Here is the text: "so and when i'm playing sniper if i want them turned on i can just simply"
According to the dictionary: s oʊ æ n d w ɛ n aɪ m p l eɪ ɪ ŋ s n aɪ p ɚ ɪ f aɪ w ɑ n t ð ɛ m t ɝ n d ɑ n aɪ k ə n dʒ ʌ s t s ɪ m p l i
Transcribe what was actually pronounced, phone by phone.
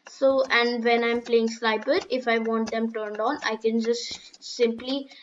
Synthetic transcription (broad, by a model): s oʊ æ n d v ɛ n aɪ m p l eɪ ɪ ŋ s l aɪ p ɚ ɪ f aɪ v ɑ n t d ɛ m t ɝ n d ɑ n aɪ k ə n dʒ ʌ s t s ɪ m p l i